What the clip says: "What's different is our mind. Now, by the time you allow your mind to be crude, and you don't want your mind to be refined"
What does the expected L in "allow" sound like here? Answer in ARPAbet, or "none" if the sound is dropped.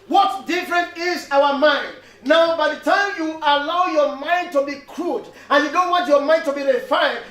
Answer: L